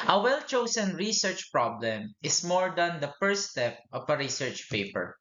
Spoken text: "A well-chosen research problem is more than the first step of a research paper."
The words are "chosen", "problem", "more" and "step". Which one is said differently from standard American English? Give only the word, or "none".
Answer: chosen